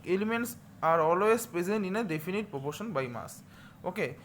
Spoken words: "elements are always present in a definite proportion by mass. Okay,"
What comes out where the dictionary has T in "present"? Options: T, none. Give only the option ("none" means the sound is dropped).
none